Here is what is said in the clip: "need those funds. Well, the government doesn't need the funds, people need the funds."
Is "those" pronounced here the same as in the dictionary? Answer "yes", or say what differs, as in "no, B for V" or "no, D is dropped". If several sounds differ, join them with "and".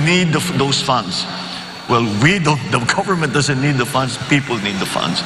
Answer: no, S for Z